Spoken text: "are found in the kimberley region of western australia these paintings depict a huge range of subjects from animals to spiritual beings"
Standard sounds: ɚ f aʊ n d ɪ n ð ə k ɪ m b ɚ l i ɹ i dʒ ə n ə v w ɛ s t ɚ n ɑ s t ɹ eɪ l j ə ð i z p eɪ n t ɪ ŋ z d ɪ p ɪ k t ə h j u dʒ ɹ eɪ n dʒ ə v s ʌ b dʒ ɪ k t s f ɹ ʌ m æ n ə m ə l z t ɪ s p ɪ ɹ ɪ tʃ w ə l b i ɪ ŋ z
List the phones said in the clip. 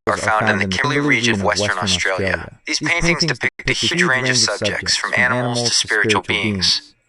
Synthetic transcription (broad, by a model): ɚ f aʊ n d ɪ n ð ə k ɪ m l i ɹ i dʒ ə n ə v w ɛ s t ɚ n ɑ s t ɹ eɪ l j ə ð i z p eɪ n t ɪ ŋ z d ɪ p ɪ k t ə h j u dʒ ɹ eɪ n dʒ ə v s ʌ b dʒ ɪ k t s f ɹ ʌ m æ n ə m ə l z t ɪ s p ɪ ɹ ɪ tʃ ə l b i ɪ ŋ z